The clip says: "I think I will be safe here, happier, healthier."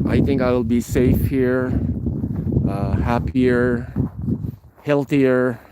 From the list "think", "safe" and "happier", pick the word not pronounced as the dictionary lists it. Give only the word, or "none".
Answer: none